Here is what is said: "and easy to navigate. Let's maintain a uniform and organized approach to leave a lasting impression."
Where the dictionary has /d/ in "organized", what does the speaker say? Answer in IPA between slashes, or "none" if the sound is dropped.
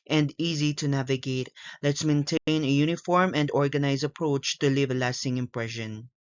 none